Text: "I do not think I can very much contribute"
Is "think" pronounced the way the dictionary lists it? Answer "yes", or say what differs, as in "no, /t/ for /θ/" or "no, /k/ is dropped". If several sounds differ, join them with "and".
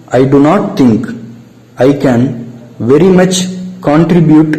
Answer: no, /t/ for /θ/